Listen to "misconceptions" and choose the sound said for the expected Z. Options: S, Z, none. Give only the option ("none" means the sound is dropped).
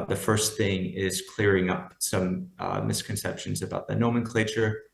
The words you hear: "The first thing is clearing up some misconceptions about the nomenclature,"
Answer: Z